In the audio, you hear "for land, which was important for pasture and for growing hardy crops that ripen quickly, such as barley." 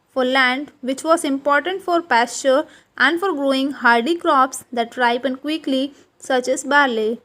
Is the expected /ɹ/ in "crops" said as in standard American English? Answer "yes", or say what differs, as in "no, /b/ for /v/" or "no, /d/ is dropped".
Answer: yes